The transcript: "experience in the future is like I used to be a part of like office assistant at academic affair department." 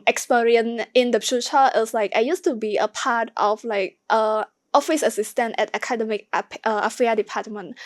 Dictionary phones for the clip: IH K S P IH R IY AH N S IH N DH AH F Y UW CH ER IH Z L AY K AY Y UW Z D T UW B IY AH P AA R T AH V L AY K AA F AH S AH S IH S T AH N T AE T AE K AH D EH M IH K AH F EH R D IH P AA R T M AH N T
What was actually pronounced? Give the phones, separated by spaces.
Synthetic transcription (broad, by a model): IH K S P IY R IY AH N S IH N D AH F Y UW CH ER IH S L AY K AY Y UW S T UW B IY AH P AA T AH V L AY K AA F AH S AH S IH S T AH N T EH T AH K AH D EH M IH K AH F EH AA D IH P AA T M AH N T